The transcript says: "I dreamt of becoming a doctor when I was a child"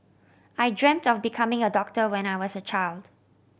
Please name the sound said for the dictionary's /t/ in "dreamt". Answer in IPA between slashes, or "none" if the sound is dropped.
/t/